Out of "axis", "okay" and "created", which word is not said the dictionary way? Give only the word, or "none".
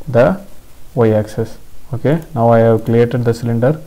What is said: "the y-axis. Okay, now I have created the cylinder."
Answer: created